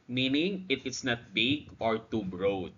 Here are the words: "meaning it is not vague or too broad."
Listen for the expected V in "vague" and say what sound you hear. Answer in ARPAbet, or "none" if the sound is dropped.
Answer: B